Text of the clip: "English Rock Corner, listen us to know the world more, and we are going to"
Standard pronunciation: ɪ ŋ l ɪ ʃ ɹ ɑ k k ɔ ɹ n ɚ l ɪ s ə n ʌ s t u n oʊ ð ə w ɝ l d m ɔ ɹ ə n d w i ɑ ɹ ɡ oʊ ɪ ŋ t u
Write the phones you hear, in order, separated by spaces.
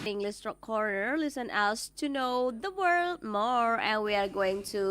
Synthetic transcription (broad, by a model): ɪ ŋ l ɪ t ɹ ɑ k k ɔ ɹ n ɚ l ɪ s ə n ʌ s t u n oʊ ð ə w ɝ l d m ɔ ɹ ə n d w i ɑ ɹ ɡ oʊ ɪ ŋ t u